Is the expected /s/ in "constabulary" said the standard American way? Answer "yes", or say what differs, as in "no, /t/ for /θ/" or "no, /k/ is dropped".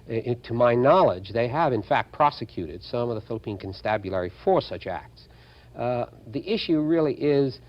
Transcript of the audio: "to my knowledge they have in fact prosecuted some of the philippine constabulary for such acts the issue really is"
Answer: yes